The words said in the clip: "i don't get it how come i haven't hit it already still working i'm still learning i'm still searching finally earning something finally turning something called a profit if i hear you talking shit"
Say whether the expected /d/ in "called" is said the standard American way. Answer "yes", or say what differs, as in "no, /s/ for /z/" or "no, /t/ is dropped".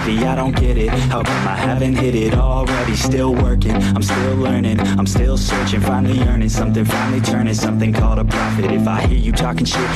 yes